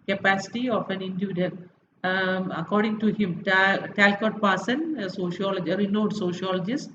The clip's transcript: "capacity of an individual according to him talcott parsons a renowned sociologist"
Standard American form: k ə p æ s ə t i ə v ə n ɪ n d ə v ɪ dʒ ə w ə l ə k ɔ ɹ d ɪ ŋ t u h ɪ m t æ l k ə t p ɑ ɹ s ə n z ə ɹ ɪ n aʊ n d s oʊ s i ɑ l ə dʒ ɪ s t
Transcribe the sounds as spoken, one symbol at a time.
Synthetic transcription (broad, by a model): k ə p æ s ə t i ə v ə n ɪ n d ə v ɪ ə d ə n ə k ɔ ɹ d ɪ ŋ t u h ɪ m t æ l k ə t p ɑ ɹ s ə n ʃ ə l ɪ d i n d s oʊ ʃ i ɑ l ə dʒ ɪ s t